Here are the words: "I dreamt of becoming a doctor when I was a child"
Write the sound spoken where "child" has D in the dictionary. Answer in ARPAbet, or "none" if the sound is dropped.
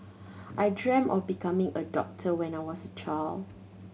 none